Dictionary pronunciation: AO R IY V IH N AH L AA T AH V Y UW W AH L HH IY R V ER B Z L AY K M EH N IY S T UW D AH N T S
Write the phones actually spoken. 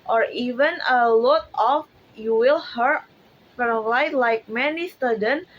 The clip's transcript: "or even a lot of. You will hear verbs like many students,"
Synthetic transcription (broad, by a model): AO R IY V IH N AH L AA T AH F Y UW W AH L HH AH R F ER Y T L AY K M EH N IY S T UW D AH N